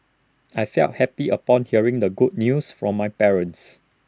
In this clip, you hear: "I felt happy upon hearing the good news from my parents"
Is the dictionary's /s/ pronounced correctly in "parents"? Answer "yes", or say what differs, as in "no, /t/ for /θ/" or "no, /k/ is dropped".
yes